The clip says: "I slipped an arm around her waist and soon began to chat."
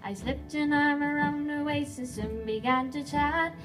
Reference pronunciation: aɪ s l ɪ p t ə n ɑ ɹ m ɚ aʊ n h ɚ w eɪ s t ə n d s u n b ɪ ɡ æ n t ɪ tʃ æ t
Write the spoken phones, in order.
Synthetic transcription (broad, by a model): aɪ s l ɪ p t ə n ɑ ɹ m ɚ aʊ n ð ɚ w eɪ s ə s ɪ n b ɪ ɡ æ n t ɪ tʃ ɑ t